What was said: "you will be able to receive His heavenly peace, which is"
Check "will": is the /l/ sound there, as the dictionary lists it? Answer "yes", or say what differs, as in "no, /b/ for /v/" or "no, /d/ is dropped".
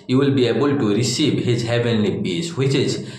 yes